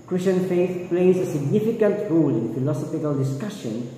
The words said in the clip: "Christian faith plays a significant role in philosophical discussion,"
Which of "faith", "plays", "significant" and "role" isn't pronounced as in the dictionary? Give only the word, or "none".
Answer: none